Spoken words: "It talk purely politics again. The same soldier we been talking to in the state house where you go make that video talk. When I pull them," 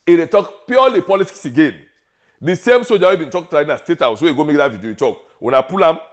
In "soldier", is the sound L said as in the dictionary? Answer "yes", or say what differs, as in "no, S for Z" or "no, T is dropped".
no, L is dropped